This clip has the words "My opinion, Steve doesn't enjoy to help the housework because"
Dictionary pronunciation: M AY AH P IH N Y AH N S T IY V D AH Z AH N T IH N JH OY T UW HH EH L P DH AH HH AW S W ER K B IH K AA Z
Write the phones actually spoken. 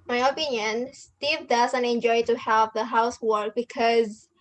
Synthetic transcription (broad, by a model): M AY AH P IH N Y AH N S T IY V D AH Z AH N T IH N JH OY T UW HH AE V DH AH HH AW S W ER K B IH K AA Z